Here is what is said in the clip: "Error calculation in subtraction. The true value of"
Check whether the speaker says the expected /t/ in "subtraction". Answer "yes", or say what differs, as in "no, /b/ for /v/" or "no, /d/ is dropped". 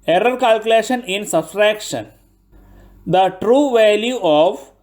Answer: no, /s/ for /t/